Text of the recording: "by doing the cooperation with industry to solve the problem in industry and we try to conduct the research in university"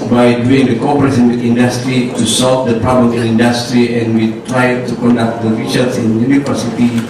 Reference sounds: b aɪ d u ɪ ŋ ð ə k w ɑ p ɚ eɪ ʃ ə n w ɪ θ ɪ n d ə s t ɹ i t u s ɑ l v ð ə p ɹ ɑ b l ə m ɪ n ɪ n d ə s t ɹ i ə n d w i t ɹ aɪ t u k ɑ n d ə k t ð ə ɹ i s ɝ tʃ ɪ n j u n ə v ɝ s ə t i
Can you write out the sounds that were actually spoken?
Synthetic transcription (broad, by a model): b aɪ d u ɪ ŋ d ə k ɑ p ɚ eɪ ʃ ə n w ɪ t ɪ n d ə s t ɹ i t u s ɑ l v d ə p ɹ ɑ b l ə m ɪ n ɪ n d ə s t ɹ i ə n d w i t ɹ aɪ t u k ɑ n d ə k t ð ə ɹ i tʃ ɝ s ɪ n j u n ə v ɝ s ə t i